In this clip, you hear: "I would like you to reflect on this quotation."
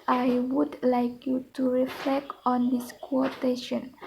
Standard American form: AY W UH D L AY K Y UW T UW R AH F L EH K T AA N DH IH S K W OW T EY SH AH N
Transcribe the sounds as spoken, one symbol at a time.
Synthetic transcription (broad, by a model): AY W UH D L AY K Y UW T UW R AH F L EH K T AA N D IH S K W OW T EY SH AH N